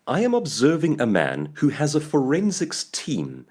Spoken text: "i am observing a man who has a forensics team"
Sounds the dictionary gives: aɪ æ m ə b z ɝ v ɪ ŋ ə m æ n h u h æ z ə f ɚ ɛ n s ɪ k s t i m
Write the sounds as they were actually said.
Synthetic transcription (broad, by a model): aɪ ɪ m ə b z ɝ v ɪ ŋ ə m æ n h u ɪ z ə f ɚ ɛ n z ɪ k s t i m